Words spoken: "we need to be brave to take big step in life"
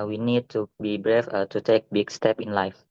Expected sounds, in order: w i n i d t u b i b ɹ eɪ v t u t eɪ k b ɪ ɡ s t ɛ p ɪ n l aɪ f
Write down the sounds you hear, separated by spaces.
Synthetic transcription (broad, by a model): w i n i d t u b i b ɹ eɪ f t u t eɪ k b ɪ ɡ s t ɛ p ɪ n l aɪ f